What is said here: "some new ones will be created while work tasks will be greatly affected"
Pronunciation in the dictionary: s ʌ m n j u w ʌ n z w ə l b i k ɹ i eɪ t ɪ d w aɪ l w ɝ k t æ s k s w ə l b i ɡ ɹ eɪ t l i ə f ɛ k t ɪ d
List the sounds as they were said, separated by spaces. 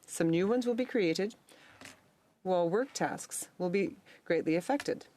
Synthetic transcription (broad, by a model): s ʌ m n j u w ʌ n z w ə l b i k ɹ i eɪ t ɪ d w aɪ l w ɝ k t æ s k s w ə l b i ɡ ɹ eɪ t l i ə f ɛ k t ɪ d